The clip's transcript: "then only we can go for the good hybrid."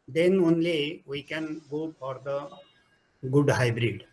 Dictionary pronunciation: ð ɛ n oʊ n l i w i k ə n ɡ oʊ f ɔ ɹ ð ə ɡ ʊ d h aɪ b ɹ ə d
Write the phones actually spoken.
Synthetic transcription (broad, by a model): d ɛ n oʊ n l i w i k ə n ɡ oʊ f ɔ ɹ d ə ɡ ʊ d h aɪ b ɹ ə d